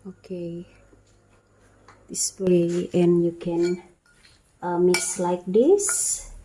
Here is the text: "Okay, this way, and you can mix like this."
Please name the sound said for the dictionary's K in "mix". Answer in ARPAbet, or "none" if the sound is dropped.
none